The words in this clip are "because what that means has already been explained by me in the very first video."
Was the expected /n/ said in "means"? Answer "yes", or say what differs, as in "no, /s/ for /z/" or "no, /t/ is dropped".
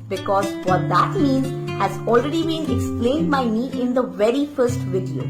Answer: yes